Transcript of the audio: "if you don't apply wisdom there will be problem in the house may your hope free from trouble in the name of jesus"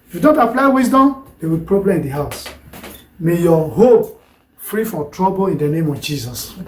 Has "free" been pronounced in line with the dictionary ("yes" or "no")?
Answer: yes